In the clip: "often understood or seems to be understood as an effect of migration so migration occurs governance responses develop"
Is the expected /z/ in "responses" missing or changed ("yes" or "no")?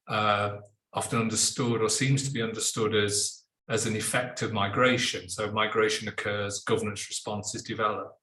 no